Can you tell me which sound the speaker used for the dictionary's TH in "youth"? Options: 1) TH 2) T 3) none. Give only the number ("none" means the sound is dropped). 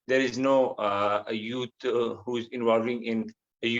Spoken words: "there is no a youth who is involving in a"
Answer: 2